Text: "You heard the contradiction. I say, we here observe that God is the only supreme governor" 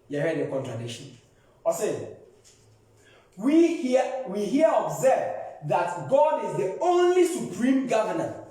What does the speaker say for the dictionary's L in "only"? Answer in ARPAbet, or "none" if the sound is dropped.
L